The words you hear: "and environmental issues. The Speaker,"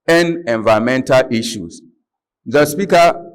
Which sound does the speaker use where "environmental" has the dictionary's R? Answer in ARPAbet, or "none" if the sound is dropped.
none